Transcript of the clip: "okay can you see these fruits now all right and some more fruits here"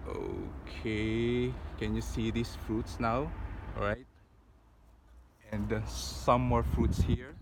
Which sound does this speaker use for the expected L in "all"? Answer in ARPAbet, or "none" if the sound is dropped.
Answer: W